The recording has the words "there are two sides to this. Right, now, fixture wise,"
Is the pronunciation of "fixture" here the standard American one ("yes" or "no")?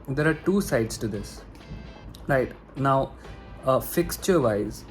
yes